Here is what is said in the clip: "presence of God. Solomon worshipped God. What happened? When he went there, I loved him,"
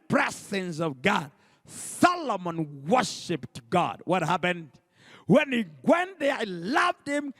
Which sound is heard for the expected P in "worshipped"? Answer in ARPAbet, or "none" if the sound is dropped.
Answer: P